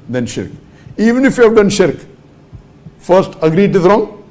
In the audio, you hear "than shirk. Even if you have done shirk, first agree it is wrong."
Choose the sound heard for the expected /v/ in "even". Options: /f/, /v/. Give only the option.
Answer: /v/